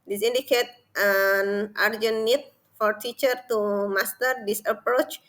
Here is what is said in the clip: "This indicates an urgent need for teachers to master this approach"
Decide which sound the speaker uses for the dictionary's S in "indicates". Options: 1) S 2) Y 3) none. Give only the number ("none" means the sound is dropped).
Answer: 3